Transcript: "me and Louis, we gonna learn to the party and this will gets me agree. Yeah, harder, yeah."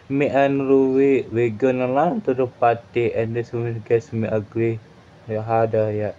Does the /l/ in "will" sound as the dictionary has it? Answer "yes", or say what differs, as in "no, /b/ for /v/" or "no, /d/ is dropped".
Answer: no, /n/ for /l/